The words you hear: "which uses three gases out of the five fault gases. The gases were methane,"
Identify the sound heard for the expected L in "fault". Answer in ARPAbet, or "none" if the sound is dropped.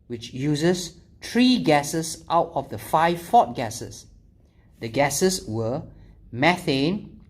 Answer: none